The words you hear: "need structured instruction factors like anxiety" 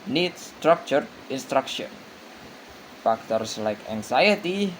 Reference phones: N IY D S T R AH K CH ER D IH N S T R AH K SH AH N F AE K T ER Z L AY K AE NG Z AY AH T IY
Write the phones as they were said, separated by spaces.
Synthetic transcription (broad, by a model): N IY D S T R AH K CH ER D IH N S T R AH K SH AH N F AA K T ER S L AY K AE NG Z AY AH T IY